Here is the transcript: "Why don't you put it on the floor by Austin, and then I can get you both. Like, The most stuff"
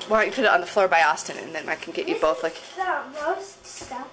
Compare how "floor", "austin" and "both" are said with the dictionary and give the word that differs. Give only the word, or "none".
none